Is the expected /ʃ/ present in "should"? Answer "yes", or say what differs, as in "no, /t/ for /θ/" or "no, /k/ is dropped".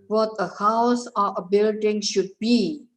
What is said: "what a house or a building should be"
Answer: yes